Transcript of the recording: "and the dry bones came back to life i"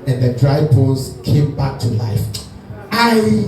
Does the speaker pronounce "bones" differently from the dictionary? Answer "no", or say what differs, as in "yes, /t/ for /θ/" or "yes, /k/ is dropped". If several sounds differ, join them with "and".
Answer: yes, /n/ is dropped